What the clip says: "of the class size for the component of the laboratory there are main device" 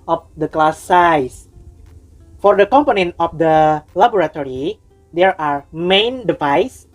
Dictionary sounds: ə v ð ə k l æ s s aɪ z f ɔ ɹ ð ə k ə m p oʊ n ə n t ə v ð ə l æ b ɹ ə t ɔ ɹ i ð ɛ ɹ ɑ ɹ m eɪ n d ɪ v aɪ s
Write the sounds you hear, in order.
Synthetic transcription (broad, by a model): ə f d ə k l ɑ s s aɪ s f ɔ ɹ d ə k ə m p oʊ n ə n t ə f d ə l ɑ b ɹ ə t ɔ ɹ i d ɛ ɹ ɑ ɹ m eɪ n d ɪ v aɪ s